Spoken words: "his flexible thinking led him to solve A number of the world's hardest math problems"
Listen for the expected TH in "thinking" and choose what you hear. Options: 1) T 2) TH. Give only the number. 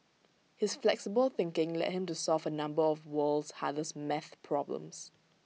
2